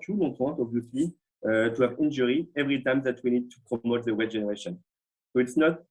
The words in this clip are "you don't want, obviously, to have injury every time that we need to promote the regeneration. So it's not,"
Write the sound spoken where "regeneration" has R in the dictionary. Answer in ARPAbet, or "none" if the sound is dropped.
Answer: W